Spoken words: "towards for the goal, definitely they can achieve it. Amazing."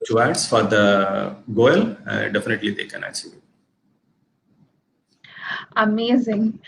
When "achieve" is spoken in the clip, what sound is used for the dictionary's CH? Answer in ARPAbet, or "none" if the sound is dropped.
S